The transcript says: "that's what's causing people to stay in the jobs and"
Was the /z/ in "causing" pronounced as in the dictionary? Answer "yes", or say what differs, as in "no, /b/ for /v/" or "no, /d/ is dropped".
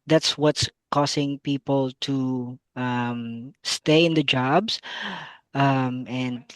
no, /s/ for /z/